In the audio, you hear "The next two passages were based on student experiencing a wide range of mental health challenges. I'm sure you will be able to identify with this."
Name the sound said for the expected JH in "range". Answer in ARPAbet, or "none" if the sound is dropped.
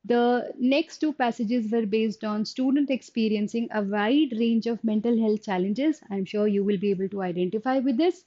JH